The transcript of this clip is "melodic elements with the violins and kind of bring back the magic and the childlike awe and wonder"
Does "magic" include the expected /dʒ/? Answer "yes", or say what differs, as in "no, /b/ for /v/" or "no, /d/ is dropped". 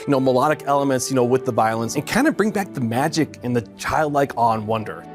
yes